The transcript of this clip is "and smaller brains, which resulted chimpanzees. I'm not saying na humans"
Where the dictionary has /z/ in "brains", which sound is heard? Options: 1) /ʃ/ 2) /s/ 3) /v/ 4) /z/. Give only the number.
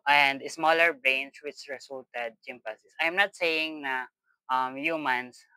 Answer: 2